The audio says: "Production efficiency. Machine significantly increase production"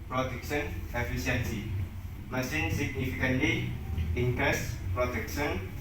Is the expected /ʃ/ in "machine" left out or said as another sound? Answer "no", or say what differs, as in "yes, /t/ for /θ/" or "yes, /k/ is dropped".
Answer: yes, /s/ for /ʃ/